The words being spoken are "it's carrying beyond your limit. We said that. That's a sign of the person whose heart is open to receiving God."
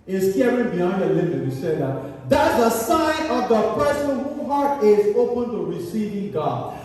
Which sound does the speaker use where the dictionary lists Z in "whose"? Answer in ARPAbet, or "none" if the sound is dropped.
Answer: none